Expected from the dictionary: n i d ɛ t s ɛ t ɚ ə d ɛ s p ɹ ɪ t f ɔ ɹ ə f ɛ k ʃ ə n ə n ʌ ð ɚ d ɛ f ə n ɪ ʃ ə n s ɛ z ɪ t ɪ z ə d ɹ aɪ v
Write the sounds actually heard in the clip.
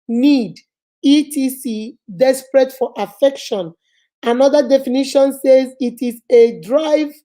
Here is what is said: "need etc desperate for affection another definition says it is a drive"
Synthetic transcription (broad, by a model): n i d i t i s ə d ɛ s p ɹ ɪ t f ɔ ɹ ə f ɛ k ʃ ə n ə n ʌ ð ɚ d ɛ f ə n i ʃ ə n s ɛ z ɪ t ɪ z ə d ɹ aɪ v